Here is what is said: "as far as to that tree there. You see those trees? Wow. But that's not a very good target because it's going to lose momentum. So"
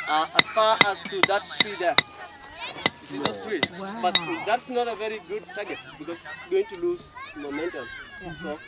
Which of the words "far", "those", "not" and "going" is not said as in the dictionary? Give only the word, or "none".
those